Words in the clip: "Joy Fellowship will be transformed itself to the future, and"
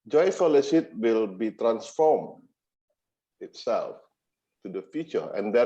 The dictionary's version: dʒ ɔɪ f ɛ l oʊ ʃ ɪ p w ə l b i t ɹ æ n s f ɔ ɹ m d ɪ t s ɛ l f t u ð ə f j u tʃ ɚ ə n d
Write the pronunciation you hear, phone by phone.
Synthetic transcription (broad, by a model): dʒ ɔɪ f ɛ l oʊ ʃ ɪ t w ə l b i t ɹ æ n s f ɔ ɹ m ɪ t s ɛ l f t u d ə f j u tʃ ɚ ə n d